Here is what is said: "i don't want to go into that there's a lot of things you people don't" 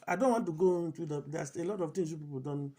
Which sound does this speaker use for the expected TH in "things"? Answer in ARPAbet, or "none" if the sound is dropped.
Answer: T